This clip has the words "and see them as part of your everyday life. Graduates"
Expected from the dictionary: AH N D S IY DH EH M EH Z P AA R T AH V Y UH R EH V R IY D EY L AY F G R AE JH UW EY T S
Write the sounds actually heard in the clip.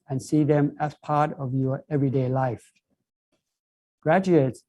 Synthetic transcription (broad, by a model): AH N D S IY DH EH M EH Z P AA R T AH V Y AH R EH V R IY D EY L AY F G R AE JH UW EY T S